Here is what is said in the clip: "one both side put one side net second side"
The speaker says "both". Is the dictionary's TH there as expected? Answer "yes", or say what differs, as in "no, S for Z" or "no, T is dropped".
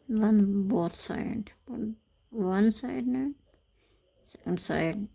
no, T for TH